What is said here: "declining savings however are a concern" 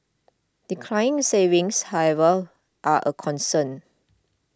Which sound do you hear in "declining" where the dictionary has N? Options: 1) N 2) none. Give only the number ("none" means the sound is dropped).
2